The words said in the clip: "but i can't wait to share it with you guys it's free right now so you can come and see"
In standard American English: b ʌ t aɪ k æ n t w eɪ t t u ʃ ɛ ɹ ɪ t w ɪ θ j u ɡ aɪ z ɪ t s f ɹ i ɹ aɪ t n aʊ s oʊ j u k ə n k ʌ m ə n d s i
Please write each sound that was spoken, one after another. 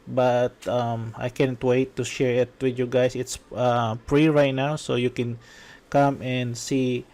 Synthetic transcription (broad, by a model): b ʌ t aɪ k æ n t w eɪ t t u ʃ ɛ ɹ ɪ t w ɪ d j u ɡ aɪ s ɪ t s p ɹ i ɹ aɪ t n aʊ s oʊ j u k ə n k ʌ m ə n d s i